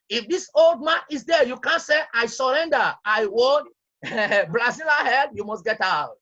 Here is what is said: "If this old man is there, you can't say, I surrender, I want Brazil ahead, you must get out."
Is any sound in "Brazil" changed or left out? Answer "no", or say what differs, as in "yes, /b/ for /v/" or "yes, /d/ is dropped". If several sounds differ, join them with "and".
yes, /l/ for /ɹ/